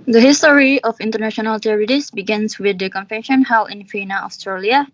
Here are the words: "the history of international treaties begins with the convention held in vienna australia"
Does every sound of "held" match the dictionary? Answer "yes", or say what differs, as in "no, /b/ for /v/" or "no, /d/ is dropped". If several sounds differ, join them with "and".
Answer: no, /d/ is dropped